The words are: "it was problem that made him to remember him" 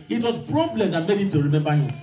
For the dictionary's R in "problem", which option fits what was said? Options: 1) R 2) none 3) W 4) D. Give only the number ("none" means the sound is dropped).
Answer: 1